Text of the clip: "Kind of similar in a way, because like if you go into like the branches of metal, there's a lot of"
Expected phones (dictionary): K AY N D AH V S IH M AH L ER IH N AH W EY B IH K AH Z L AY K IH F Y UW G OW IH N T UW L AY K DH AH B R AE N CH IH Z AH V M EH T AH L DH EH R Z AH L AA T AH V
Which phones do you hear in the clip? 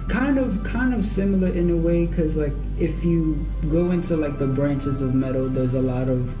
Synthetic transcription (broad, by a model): K AY N D AH V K IH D AH L ER IH N AH W EY IH K AH Z L AY K IH F Y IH G OW IH N T UW L AY K DH AH B R AE N CH IH Z AH V M EH T L DH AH R Z AH L AA T AH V